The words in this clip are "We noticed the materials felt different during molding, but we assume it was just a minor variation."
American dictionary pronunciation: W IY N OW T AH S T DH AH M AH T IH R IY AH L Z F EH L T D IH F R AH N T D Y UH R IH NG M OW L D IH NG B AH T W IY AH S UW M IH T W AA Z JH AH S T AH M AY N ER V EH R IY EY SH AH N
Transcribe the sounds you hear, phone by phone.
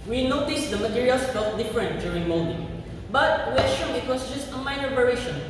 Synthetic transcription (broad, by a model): W IY N OW T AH S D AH M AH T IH R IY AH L S F EH L T D IH F R AH N T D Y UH R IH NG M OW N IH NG B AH T W IY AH SH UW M IH T W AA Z JH AH S T AH M AY N ER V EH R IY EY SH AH N